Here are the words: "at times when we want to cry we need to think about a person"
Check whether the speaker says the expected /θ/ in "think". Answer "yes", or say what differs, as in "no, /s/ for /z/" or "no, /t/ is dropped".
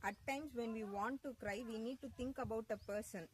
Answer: no, /t/ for /θ/